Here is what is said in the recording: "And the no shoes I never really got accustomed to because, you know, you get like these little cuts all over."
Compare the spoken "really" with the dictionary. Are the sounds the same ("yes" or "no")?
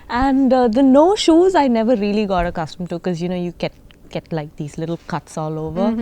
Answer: yes